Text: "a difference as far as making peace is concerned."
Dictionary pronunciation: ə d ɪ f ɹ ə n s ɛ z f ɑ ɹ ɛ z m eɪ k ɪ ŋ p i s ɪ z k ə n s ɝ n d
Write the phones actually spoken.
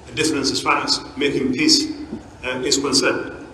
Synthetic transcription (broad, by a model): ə d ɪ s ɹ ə n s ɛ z f ɑ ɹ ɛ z m eɪ k ɪ ŋ p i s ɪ s k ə n s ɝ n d